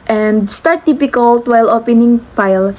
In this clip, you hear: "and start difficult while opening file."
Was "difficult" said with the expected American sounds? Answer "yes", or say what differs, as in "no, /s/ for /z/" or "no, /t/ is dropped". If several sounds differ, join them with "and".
no, /p/ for /f/